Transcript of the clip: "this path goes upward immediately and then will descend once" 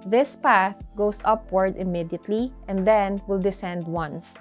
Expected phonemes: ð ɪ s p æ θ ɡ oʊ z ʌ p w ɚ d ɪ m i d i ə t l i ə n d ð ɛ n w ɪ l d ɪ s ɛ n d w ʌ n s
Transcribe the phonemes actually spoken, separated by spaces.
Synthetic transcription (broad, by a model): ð ɪ s p æ θ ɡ oʊ s ʌ p w ɚ d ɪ m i d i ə t l i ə n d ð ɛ n w ɪ l d ɪ s ɛ n d w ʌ n s